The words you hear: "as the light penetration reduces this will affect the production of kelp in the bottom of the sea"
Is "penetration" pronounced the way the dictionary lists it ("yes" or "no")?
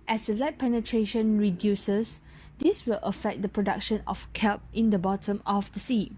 yes